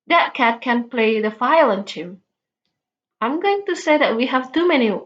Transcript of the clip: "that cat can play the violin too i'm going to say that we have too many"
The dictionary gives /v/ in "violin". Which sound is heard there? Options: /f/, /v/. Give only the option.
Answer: /f/